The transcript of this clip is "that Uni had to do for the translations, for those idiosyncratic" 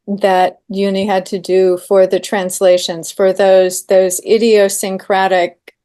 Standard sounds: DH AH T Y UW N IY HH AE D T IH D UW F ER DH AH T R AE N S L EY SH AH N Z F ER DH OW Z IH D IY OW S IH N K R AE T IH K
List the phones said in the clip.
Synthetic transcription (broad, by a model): DH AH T Y UW N IY HH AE D T IH D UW F ER DH AH T R AE N S L EY SH AH N Z F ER DH OW Z IH D IY OW S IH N K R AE T IH K